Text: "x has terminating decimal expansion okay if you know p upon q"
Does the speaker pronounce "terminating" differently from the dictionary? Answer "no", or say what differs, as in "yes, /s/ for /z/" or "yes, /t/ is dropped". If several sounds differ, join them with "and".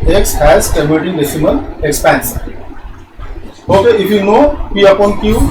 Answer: yes, /l/ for /n/